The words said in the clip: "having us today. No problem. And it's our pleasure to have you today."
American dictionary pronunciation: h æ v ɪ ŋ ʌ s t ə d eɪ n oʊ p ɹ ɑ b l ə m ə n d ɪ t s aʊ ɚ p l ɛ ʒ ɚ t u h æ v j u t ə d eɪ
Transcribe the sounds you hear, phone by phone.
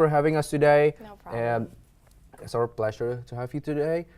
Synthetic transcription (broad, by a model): h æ v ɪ ŋ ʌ s t ə d eɪ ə ə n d ɪ t s aʊ ɚ p l ɛ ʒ ɚ t u h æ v j u t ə d eɪ